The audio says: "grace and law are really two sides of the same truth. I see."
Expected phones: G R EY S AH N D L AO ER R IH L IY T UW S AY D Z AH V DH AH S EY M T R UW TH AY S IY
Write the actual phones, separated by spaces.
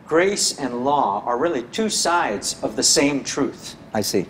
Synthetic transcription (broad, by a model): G R EY S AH N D L AO ER R IH L IY T UW S AY D Z AH V DH AH S EY M T R UW TH AY S IY